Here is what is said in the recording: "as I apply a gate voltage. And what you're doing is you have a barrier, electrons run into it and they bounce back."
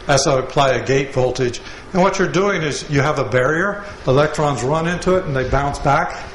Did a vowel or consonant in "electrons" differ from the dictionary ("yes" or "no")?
no